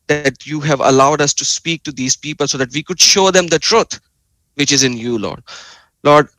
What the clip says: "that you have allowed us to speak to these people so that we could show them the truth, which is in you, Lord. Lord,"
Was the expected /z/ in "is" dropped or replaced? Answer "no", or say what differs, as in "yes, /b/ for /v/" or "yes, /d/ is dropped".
no